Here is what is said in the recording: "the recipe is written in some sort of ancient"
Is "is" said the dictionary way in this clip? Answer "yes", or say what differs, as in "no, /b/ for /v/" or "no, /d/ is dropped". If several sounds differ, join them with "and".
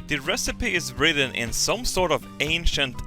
yes